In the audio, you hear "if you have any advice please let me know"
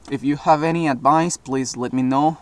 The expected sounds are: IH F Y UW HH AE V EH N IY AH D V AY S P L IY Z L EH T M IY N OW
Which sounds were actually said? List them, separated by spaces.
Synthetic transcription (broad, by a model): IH F Y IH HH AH V EH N IY AH D V AY S P L IY Z L EH T M IY N OW